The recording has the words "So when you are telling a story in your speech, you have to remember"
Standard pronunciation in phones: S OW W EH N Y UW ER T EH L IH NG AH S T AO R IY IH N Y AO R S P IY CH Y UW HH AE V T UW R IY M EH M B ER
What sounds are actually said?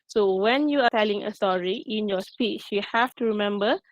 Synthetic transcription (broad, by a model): S OW W EH N Y UW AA T EH L IH NG AH S T AO R IY IH N Y AO S P IY CH Y UW HH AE F T UW R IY M EH M B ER